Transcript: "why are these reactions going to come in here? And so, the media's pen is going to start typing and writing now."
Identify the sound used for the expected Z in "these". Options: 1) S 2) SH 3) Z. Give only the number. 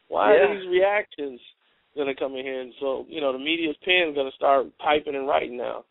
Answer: 3